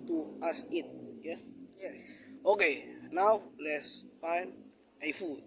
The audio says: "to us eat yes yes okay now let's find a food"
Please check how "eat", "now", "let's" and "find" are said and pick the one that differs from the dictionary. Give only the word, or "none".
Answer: find